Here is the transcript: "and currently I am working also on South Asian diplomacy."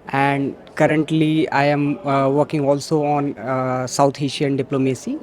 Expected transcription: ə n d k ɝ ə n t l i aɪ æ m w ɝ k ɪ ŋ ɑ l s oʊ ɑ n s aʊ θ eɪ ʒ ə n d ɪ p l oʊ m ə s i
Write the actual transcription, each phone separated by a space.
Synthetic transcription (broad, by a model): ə n d k ɝ ə n t l i aɪ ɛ m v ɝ k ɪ ŋ ɑ l s oʊ ɑ n s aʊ t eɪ ʃ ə n d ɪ p l oʊ m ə s i